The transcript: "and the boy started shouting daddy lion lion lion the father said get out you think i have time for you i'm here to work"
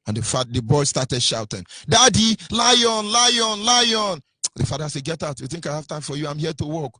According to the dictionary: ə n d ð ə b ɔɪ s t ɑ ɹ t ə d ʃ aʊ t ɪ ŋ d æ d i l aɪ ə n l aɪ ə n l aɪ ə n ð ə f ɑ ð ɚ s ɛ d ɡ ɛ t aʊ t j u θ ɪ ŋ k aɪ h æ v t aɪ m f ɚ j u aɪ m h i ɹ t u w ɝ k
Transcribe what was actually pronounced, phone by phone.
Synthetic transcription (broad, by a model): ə n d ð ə b ɔɪ s t ɑ t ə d ʃ aʊ t ɪ ŋ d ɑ d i l aɪ ə n l aɪ ə n l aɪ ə n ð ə f ɑ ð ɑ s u ɡ ɛ t aʊ t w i θ ɪ ŋ k aɪ h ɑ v t aɪ m f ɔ j u aɪ m h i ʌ t u w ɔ k